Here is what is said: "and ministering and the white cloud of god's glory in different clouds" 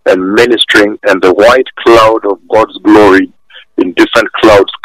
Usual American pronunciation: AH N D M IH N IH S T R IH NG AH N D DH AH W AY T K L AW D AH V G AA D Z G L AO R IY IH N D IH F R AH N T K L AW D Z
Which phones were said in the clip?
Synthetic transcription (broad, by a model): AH N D M IH N IH S T R IH NG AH N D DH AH W AY T K L AW D AH V G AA D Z G L AO R IY IH N D IH F R AH N T K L AW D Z